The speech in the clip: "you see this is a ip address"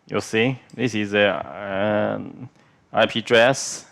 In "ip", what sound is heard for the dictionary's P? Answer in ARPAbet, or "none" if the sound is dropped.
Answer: P